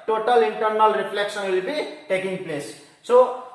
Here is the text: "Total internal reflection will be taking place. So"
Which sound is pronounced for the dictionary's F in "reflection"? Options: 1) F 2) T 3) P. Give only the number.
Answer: 3